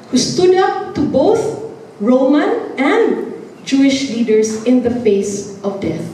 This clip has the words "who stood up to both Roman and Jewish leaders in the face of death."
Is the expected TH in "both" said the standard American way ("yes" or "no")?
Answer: yes